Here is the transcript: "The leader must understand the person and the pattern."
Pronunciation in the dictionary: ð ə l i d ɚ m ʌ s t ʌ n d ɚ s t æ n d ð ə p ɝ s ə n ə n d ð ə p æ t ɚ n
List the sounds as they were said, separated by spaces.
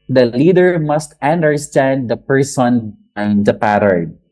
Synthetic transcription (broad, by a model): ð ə l i d ɚ m ʌ s t ʌ n d ɚ s t æ n d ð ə p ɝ s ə n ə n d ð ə p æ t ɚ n